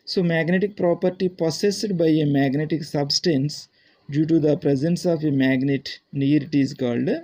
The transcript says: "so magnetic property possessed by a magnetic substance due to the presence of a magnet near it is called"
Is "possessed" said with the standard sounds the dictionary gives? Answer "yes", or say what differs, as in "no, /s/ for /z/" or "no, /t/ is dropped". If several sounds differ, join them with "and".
no, /s/ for /z/